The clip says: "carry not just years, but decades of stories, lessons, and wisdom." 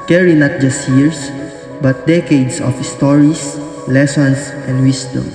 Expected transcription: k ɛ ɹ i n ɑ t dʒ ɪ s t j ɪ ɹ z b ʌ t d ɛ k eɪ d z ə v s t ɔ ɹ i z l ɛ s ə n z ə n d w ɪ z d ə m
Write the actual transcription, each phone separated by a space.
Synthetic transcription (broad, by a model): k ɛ ɹ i n ɑ t dʒ ɪ s t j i ɹ s b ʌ t d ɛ k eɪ d s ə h s t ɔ ɹ i s l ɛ s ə n s ə n d w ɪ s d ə m